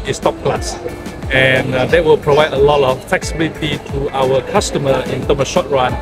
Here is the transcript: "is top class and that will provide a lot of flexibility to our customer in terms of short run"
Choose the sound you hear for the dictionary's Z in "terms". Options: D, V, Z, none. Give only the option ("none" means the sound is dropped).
none